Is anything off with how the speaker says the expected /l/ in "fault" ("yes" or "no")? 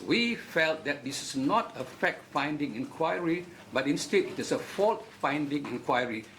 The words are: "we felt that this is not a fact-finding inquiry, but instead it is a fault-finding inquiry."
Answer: no